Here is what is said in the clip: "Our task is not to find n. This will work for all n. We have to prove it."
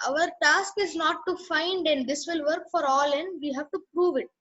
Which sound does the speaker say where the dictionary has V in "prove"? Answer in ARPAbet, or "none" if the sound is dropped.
V